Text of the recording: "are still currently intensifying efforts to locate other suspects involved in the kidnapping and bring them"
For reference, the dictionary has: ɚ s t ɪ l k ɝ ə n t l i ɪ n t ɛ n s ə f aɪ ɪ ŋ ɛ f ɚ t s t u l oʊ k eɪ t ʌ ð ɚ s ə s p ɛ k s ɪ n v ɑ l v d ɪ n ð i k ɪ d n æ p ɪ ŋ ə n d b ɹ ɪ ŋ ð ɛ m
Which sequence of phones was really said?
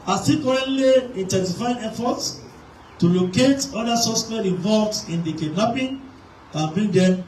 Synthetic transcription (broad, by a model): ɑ s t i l k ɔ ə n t l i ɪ n t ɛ n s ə f aɪ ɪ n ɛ f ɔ t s t u l oʊ k eɪ t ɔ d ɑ s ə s ɛ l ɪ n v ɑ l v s ɪ n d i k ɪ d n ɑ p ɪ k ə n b ɹ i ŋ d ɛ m